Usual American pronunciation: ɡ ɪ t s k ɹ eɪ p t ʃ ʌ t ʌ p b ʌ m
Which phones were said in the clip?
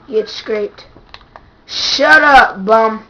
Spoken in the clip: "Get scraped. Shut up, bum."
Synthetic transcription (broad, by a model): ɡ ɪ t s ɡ ɹ eɪ t ʃ ʌ t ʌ b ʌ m